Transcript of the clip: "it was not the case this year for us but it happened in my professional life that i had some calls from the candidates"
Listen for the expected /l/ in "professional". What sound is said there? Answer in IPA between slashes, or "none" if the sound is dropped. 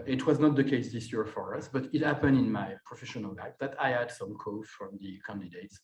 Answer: /l/